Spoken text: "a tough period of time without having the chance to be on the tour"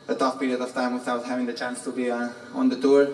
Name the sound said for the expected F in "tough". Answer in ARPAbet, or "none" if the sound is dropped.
P